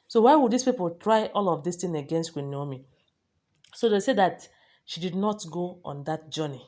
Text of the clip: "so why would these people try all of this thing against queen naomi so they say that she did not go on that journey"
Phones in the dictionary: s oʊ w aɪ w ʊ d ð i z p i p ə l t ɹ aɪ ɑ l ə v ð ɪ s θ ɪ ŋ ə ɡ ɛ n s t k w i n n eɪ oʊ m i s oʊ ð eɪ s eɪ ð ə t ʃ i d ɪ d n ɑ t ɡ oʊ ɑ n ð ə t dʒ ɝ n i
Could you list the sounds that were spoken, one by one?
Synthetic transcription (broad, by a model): s oʊ w aɪ w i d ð i s p i p ə l t ɹ aɪ ɑ l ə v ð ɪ s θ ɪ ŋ ə ɡ ɛ n s t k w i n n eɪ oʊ m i s oʊ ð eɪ s eɪ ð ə t ʃ i d ɪ d n ɑ t ɡ oʊ ɑ n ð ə t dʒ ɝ n i